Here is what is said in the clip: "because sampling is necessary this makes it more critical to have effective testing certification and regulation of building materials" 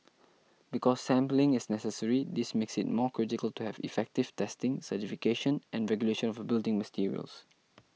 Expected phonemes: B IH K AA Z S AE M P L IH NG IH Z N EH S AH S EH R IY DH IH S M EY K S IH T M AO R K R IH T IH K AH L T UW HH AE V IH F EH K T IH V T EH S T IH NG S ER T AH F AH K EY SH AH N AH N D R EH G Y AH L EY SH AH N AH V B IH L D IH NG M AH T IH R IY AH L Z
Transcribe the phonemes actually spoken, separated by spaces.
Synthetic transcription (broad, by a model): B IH K AA S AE M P L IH NG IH S N EH S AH S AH R IY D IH S M EY K S IH T M AO K R IH T IH K AH L T UW HH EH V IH F EH K T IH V T EH S T IH NG S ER T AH F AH K EY SH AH N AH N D R EH G Y AH L EY SH AH N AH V B IH L D IH NG M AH T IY R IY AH L S